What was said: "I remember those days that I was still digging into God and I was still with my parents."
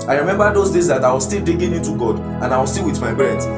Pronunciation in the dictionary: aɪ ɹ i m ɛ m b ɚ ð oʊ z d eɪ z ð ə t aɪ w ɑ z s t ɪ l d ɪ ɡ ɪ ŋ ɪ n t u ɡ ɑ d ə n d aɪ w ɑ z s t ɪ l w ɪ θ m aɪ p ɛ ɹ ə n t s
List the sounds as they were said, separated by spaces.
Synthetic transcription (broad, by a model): aɪ ɹ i m ɛ m b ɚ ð oʊ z d eɪ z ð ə t aɪ w ɑ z s t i l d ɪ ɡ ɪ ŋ ɪ n t u ɡ ɑ d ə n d aɪ w ɑ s t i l w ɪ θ m aɪ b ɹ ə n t